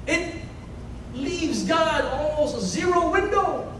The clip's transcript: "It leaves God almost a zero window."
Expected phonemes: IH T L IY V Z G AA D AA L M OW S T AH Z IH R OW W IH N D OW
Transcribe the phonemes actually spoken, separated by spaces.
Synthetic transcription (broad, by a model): IH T L IY V Z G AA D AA L M OW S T Z IH R OW W IH N D OW